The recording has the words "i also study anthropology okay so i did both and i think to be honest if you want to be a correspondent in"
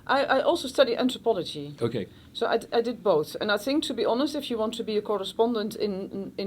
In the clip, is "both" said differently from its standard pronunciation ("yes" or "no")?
no